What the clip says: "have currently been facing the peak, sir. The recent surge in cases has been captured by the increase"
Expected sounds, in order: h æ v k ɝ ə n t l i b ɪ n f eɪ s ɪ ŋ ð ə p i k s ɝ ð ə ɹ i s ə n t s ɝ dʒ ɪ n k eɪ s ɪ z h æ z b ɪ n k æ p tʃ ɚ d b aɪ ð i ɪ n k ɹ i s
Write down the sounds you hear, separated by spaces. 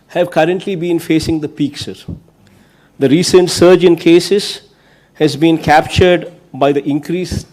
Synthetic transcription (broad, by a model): h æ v k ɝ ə n t l i b ɪ n f eɪ s ɪ ŋ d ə p i k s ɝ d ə ɹ i s ə n t s ɝ dʒ ɪ n k eɪ s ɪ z h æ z b ɪ n k æ p tʃ ɚ d b aɪ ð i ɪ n k ɹ i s